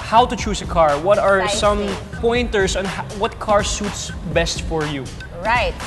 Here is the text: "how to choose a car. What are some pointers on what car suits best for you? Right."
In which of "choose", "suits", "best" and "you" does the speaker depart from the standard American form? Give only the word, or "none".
choose